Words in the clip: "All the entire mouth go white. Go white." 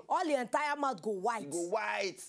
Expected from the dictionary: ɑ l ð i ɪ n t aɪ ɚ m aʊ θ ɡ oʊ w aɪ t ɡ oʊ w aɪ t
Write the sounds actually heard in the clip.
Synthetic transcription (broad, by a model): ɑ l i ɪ n t aɪ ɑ m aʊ t ɡ oʊ w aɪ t ɡ oʊ w aɪ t